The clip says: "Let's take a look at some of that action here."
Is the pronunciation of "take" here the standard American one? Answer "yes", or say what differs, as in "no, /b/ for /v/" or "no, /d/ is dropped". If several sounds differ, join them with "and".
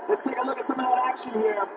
no, /k/ is dropped